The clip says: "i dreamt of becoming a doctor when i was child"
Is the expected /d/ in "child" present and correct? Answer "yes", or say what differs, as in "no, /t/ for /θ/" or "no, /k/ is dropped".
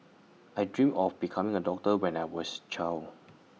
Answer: no, /d/ is dropped